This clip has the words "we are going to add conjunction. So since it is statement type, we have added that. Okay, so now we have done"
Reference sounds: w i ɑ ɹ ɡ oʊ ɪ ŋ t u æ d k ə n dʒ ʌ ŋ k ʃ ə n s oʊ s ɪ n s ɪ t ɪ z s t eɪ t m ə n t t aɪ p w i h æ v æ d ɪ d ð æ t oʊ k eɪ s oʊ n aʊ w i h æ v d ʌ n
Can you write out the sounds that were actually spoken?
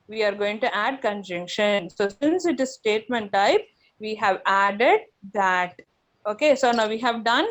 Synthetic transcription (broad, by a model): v i ɑ ɹ ɡ oʊ ɪ ŋ t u æ d k ə n dʒ ʌ ŋ k ʃ ə n s oʊ s ɪ n s ɪ t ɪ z s t eɪ t m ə n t t aɪ p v i h æ v æ d ɪ d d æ t oʊ k eɪ s oʊ n aʊ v i h æ v d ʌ n